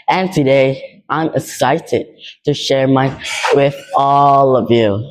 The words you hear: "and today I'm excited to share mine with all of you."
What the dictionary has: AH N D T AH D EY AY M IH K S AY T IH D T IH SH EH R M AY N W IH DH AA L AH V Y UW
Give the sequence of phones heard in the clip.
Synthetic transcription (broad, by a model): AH N T AH D EY AY M IH K S AY T IH D T IH SH EH R M AY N W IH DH AA L AH V Y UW